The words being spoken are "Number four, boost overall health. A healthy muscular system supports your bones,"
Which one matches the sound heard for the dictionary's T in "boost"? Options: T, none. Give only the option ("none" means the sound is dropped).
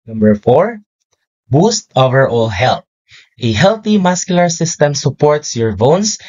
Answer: T